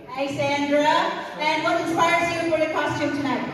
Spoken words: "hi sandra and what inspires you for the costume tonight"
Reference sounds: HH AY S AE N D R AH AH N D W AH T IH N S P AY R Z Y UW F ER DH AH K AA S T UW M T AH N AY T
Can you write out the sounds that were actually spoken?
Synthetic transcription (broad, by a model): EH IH S AE N D R AH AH N W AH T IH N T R AY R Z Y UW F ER DH AH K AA S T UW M T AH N AY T